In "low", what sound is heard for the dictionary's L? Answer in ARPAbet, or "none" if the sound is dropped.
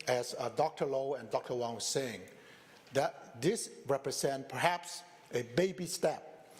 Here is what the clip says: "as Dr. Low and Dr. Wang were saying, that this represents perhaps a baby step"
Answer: L